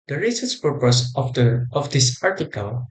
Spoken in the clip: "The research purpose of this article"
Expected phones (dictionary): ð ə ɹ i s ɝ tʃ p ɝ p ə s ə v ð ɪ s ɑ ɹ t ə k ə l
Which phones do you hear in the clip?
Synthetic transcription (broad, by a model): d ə ɹ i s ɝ s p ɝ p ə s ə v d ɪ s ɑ ɹ t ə k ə l